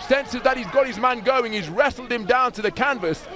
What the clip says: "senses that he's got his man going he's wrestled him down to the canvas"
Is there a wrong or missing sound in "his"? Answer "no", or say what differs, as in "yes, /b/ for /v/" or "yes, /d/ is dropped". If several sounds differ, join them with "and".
no